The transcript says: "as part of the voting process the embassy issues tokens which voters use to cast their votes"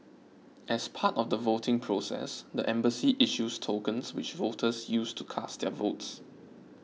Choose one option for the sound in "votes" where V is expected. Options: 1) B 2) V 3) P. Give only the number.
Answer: 2